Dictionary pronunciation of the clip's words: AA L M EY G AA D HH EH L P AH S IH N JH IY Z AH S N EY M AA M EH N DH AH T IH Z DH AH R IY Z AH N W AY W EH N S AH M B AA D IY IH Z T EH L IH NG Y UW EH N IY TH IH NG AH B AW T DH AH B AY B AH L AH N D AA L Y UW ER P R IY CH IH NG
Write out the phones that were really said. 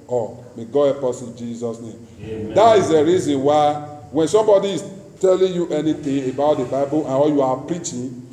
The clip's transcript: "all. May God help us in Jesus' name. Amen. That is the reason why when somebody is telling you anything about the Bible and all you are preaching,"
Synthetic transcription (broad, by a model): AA M EY G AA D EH P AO S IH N JH IY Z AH S N EY M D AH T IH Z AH R IY Z AH N W AY W EH N S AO M B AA D IY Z T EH L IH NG Y UW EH N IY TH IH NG AH B AW T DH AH B AY B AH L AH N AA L Y UW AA P R IY CH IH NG